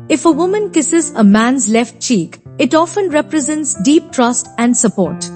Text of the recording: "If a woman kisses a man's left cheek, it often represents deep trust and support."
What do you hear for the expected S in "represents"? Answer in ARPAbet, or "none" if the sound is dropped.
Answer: S